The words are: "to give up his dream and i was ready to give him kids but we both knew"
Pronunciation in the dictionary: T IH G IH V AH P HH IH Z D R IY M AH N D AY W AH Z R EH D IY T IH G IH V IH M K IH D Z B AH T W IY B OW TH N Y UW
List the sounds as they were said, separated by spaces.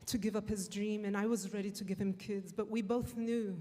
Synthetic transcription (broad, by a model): T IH G IH V AH P HH IH Z D R IY M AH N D AY W AH Z R EH D IY T IH G IH V IH M K IH D Z B AH T W IY B OW TH N Y UW